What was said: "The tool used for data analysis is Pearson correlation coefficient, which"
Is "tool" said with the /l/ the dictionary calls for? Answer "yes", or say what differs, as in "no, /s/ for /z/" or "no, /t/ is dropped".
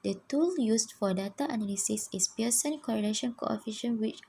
yes